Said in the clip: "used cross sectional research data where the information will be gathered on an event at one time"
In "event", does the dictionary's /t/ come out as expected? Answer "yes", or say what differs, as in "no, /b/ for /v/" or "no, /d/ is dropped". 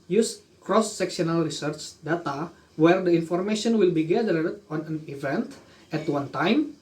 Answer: yes